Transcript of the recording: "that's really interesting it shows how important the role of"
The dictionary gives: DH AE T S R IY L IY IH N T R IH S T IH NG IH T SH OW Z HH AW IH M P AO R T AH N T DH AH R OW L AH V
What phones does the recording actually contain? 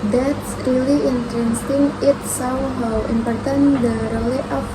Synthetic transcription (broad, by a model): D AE T S R IY L IY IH N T R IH S T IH NG IH T S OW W HH AW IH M P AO R T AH N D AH R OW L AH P